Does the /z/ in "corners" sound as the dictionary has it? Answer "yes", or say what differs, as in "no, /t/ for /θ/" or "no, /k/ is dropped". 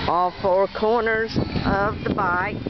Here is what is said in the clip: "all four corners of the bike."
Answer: yes